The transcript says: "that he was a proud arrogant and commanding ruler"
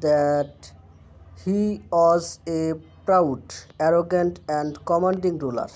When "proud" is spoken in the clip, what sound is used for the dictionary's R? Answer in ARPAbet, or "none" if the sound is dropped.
R